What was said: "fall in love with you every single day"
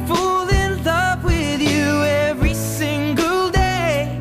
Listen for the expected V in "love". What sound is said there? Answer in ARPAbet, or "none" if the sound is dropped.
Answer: P